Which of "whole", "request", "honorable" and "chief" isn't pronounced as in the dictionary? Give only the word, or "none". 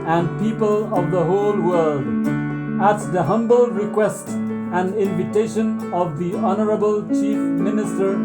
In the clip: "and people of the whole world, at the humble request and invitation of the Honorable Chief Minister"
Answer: none